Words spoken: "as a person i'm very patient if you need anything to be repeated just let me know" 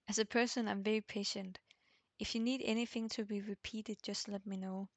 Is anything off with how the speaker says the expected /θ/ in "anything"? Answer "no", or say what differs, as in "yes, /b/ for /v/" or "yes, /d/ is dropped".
no